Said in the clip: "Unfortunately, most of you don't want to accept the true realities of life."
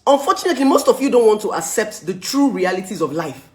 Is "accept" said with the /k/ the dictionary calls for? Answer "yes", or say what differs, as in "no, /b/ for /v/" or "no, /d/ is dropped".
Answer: yes